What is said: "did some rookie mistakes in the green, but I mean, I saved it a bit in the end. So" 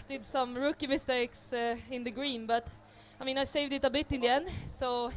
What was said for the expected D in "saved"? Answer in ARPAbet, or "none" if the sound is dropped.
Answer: D